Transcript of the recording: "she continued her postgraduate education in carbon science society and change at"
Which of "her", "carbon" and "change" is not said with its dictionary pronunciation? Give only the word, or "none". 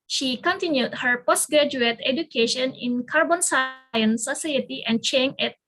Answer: change